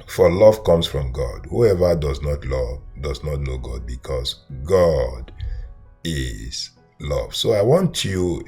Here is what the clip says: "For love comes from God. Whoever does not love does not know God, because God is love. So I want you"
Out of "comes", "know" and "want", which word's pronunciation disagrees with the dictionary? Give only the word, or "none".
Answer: comes